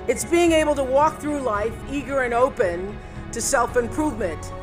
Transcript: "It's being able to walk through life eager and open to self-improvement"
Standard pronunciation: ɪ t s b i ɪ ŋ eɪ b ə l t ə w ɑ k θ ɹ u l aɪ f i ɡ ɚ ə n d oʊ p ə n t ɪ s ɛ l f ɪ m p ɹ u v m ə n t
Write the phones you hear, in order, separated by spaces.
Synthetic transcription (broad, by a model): ɪ t s b i ɪ ŋ eɪ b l t ə w ɑ k θ ɹ u l aɪ f i ɡ ɚ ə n oʊ p ə n t ɪ s ɛ l f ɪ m p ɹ u v m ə n t